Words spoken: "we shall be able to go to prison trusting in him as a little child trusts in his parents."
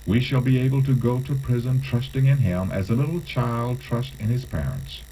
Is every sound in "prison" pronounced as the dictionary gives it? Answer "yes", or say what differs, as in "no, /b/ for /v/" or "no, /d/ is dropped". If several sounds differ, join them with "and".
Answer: yes